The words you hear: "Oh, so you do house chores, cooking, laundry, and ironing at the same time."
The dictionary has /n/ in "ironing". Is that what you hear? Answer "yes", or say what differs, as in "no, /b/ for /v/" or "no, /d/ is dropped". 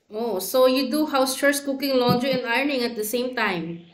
yes